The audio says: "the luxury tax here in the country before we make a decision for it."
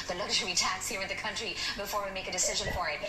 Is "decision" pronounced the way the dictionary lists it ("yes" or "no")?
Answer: yes